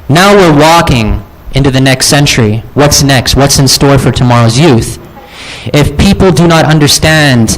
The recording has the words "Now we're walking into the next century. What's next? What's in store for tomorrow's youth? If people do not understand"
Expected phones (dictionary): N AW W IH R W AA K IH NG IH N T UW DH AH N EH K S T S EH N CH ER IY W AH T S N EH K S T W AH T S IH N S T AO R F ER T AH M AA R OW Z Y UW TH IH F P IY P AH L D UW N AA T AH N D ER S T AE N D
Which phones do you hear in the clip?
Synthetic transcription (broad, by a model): N AW W IH R W AA K IH NG IH N T UW DH AH N EH K S T S EH N CH ER IY W AH T S N EH K S T W AH T S IH N S T AO R F ER T AH M AA R OW Z Y UW TH IH F P IY P L D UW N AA T AH N D ER S T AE N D